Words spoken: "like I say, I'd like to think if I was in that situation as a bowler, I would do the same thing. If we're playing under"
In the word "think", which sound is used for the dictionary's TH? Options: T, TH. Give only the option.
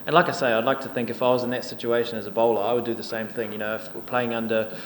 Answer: TH